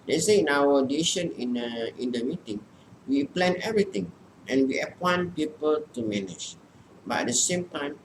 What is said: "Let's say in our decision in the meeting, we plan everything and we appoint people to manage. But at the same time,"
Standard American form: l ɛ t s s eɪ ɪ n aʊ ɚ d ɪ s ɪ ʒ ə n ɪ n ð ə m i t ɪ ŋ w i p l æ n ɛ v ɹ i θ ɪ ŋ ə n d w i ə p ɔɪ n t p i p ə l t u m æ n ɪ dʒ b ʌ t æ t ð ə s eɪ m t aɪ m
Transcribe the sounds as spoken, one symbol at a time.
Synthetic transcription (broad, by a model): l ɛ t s s eɪ ɪ n aʊ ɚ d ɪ ʃ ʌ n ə n ɪ n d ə m i t ɪ ŋ w i p l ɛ n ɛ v ɹ i t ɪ ŋ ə n w i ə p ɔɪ n p i p ə l t u m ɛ n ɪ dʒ b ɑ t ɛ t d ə s eɪ m t aɪ m